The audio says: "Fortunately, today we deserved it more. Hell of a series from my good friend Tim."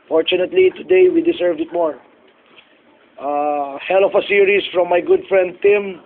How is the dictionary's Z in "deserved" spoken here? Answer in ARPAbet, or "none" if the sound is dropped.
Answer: S